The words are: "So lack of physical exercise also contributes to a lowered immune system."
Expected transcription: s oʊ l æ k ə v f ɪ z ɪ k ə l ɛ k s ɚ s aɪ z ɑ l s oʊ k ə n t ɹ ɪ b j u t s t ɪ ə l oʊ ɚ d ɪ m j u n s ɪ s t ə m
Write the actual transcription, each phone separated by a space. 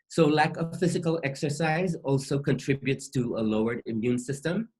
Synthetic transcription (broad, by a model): s oʊ l æ k ə v f ɪ z ɪ k ə l ɛ k s ɚ s aɪ z ɑ l s oʊ k ə n t ɹ ɪ b j u t s t ɪ ə l oʊ ɚ d ɪ m j u n s ɪ s t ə m